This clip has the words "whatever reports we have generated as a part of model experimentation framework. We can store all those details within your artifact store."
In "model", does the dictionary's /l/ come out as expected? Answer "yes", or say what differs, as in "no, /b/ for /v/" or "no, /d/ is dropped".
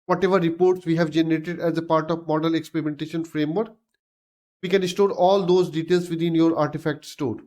yes